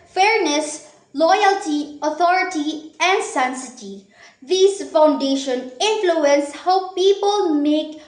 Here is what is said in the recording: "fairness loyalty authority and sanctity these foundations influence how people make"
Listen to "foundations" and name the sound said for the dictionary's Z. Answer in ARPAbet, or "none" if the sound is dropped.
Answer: none